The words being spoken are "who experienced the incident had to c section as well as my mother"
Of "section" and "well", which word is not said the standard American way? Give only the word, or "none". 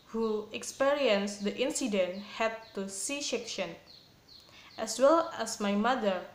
section